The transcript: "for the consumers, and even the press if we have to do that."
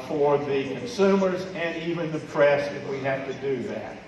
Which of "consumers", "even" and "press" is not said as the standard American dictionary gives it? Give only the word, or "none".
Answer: none